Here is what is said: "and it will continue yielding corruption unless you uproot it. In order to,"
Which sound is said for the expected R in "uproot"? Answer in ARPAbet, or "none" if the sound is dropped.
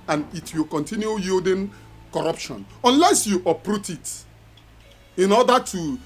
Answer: R